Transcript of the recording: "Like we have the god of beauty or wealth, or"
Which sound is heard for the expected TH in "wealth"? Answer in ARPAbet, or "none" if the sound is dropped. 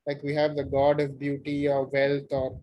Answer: T